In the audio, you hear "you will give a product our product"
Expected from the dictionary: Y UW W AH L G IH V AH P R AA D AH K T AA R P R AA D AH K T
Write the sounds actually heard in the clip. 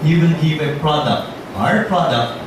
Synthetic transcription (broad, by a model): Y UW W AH N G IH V AH P R AA D AH K T AA R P R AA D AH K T